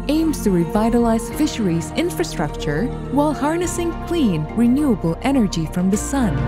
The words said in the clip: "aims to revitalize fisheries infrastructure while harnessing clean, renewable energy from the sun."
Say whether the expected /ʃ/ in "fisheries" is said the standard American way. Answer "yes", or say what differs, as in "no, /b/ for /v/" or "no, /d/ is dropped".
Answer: yes